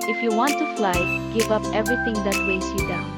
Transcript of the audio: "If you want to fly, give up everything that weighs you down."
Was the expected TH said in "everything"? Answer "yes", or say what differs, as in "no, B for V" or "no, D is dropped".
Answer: no, T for TH